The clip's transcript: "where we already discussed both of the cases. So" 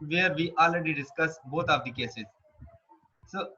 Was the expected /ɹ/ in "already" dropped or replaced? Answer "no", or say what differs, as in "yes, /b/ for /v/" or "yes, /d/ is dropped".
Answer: no